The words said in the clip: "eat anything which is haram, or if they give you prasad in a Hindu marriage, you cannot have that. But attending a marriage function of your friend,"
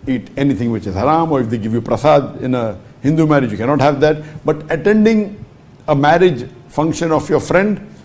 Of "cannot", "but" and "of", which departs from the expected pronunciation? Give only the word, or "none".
of